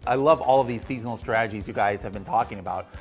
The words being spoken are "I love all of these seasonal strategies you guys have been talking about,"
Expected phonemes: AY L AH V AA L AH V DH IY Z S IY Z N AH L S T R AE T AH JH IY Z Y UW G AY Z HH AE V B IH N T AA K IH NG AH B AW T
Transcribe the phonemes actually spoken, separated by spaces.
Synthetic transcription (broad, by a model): AY L AH V AA L AH V DH IY Z S IY Z N L S T R AE T AH JH IY Z Y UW G AY Z HH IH V B IH N T AA K IH NG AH B AW T